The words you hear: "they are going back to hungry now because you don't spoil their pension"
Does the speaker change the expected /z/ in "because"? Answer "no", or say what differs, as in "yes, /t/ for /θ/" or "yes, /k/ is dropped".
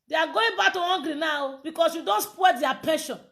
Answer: yes, /s/ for /z/